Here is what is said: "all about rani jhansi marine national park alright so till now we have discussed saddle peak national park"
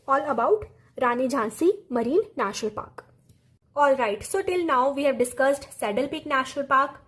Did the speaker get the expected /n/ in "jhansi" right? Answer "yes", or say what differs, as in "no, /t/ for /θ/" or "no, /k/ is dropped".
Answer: yes